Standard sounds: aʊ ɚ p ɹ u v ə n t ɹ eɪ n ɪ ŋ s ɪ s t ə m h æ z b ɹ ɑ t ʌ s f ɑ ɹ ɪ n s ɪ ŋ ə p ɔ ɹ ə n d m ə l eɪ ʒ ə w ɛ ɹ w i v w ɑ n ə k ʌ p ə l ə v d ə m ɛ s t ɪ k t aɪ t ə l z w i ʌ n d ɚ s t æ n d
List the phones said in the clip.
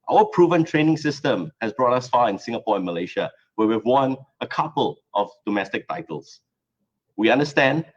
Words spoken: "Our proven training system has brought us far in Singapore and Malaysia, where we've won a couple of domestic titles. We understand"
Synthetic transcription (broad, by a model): aʊ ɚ p ɹ u v ə n t ɹ eɪ n ɪ ŋ s ɪ s t ə m h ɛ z b ɹ ɑ t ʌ s f ɑ ɪ n s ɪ ŋ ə p ɔ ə n m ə l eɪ ʃ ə w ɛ w i v w ɑ n ə k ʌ p ə l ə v d ə m ɛ s t ɪ k t aɪ t ə l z w i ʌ n d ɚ s t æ n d